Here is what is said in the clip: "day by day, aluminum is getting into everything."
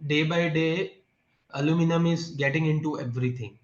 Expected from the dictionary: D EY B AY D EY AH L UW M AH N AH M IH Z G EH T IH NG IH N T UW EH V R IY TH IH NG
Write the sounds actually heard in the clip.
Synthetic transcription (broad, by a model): D EY B AY D EY AH L UW M AH N AH M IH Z G EH T IH NG IH N T UW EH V R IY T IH NG